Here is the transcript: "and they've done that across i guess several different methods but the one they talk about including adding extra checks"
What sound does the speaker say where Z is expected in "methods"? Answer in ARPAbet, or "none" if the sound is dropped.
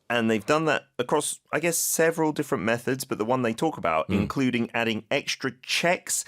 Z